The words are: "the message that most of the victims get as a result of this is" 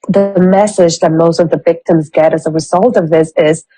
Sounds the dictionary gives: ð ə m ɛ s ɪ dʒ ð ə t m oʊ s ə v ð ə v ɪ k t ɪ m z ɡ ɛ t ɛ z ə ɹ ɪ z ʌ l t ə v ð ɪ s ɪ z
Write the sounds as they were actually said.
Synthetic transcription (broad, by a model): ð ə m ɛ s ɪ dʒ ð ə t m oʊ s ə v ð ə v ɪ k t ɪ m z ɡ ɛ t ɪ z ə ɹ ɪ z ʌ l t ə v ð ɪ s ɪ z